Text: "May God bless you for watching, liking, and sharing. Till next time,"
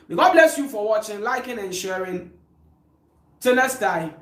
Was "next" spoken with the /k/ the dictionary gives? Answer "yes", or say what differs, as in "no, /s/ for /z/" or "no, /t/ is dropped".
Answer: no, /k/ is dropped